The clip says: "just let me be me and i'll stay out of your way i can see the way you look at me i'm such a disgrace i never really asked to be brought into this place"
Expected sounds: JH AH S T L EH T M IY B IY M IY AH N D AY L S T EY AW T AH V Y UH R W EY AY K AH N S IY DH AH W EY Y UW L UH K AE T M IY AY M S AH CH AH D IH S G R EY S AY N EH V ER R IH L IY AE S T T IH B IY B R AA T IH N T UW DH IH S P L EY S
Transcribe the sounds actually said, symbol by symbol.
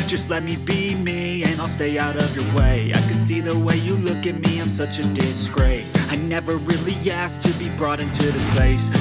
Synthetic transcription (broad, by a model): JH AH S T L EH T M IY B IY M IY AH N AY L S T EY AW T AH V Y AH R W EY AY K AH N S IY DH AH W EY Y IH L UH K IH T M IY AY M S AH CH AH D IH S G R EY S AY N EH V ER R IH L IY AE S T T IH B IY B R AA T IH N T UW DH IH S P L EY S